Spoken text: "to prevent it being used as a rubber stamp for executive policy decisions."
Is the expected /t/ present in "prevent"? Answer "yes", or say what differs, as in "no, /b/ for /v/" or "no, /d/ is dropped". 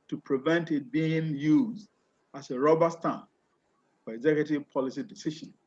yes